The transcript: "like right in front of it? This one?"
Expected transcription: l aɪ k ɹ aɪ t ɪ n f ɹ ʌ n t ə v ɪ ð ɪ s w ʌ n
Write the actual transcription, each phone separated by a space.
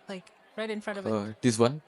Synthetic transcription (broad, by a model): l aɪ k ɹ aɪ t ɪ n f ɹ ʌ n t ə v ɪ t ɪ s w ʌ n